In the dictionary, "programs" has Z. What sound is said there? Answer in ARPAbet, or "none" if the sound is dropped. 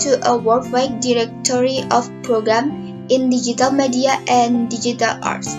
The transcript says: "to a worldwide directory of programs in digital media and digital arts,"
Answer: none